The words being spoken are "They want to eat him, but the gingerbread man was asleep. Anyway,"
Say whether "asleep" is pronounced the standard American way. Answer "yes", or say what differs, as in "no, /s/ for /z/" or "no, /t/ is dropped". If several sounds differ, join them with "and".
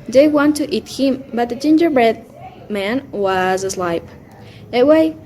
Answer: no, /p/ is dropped